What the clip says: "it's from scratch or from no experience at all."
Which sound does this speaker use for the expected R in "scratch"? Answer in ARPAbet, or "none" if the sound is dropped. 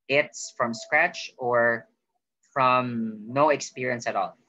R